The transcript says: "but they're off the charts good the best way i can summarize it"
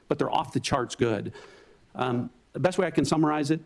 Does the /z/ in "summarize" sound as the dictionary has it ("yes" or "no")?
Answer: yes